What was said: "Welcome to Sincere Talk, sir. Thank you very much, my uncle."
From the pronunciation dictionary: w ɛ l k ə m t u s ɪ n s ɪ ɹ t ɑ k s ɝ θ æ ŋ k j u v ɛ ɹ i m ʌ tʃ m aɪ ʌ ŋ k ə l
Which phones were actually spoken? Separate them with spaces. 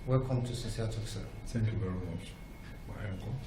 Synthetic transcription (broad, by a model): w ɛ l k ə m t u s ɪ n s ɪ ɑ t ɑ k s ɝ s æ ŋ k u v ɛ ɹ i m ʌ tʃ m aɪ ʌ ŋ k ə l